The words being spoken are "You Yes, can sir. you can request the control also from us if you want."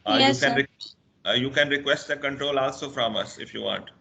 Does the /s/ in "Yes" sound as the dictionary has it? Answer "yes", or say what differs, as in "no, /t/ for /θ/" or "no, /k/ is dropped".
no, /s/ is dropped